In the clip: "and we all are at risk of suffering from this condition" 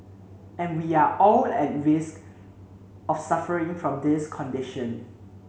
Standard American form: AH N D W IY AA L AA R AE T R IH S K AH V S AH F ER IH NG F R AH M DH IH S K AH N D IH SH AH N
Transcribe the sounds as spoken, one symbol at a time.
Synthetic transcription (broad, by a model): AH N W IY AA AA L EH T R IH S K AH F S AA F ER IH NG F R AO M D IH S K AH N D IH SH AH N